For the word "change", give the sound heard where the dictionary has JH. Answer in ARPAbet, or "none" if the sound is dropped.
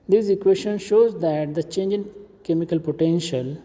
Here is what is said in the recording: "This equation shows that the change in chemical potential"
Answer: JH